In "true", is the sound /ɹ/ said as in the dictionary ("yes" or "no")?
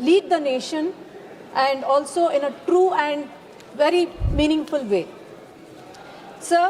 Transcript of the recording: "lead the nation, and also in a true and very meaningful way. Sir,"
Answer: yes